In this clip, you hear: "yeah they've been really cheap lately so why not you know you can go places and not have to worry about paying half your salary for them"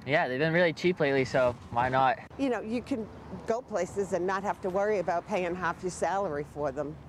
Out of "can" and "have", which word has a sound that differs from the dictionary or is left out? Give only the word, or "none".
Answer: have